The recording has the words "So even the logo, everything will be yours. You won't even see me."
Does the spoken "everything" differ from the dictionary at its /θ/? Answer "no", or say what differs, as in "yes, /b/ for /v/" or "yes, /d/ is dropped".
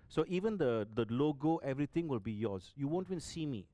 yes, /t/ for /θ/